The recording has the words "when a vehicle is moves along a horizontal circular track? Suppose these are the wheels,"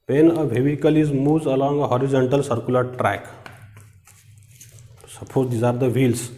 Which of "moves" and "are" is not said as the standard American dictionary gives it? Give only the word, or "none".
moves